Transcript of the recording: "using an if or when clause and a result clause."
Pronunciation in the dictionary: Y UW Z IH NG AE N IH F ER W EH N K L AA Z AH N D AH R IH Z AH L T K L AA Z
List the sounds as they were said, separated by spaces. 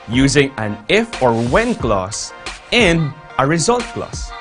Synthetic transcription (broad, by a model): Y UW Z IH NG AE N IH F ER W EH N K L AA S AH N AH R IH Z AH L T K L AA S